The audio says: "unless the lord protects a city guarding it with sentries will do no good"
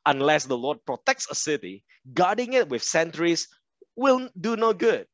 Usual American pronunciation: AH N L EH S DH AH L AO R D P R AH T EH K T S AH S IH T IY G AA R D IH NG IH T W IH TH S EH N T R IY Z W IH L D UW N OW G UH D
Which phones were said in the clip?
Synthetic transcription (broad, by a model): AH N L EH S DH AH L AO D P R AH T EH K T S AH S IH T IY G AA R D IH NG IH T W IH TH S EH N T R IY S W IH L D UW N OW G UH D